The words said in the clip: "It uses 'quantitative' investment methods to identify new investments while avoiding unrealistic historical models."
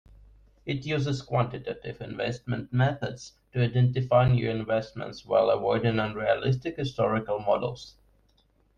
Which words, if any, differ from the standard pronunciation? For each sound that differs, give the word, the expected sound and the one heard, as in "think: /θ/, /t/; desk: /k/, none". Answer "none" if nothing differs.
avoiding: /v/, /w/